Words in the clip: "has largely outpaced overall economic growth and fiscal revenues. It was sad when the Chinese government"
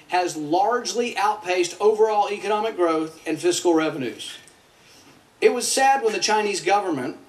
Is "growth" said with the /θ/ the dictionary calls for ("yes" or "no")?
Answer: yes